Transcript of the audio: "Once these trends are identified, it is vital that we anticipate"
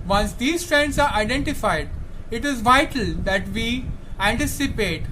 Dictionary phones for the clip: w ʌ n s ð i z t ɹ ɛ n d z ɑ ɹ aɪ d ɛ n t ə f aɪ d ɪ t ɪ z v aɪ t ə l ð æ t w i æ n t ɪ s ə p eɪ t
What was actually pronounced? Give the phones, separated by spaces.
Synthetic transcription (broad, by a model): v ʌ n s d i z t ɹ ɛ n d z ɑ ɹ aɪ d ɛ n t ə f aɪ d ɪ t ɪ z v aɪ t ə l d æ t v i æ n t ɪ s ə p eɪ t